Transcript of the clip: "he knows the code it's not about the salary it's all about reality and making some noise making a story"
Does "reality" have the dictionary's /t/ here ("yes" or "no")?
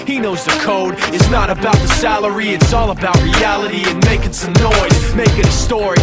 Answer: yes